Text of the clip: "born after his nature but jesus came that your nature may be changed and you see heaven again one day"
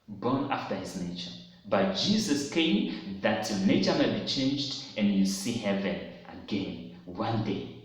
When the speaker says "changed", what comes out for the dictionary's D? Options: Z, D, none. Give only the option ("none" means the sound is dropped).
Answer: D